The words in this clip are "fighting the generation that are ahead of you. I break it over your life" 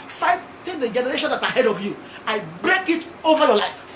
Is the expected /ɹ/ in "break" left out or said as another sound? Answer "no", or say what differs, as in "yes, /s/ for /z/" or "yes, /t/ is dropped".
no